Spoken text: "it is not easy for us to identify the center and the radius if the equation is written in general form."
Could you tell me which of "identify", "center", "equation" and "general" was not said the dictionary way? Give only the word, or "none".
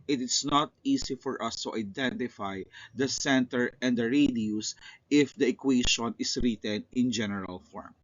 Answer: equation